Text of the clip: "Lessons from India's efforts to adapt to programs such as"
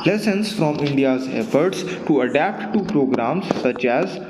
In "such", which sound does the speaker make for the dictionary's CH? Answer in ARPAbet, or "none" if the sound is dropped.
CH